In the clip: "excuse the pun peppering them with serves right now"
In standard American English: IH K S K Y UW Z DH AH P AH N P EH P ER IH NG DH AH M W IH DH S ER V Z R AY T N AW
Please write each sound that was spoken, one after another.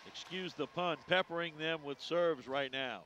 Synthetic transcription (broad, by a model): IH K S K Y UW Z DH AH P AH N P EH P ER IH NG DH AH M W IH DH S ER V Z R AY T N AW